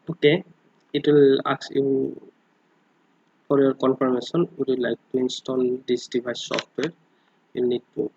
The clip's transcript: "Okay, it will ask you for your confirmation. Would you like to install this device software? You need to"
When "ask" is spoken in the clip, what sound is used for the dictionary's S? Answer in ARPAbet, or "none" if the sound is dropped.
none